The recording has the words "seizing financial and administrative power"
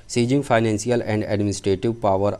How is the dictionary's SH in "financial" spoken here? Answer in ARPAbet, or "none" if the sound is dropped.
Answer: S